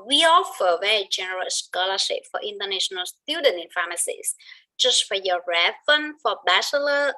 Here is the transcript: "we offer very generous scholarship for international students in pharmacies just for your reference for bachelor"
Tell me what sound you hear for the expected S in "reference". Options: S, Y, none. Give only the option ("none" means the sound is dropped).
none